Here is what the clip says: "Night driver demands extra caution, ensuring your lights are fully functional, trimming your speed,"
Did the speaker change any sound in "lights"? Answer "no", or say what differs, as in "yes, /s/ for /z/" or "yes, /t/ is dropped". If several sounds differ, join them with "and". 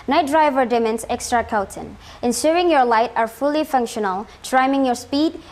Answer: yes, /s/ is dropped